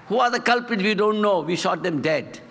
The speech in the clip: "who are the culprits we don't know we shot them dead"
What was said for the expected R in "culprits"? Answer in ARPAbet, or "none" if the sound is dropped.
none